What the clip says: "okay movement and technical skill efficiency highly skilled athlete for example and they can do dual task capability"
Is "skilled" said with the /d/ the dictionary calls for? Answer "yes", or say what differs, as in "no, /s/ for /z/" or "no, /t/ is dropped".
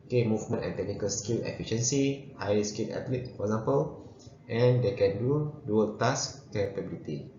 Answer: no, /d/ is dropped